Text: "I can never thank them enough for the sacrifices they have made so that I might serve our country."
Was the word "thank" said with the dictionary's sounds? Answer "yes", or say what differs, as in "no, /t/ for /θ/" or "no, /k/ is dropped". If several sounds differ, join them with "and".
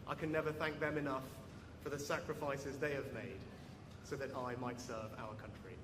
yes